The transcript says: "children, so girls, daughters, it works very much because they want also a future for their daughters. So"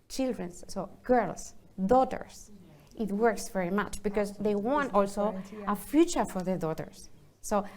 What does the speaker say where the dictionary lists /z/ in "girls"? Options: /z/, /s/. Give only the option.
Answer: /s/